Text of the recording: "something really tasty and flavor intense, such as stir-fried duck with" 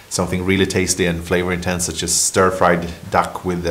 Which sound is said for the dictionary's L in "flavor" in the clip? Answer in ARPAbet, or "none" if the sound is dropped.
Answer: L